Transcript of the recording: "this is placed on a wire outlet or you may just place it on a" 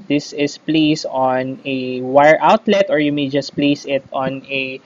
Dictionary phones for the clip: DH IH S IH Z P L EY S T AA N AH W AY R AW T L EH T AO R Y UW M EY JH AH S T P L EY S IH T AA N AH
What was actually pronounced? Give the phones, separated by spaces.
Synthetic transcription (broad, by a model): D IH S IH S P L EY S AA N AH W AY R AW T L EH T AO R Y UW M EY JH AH S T P L EY S IH T AA N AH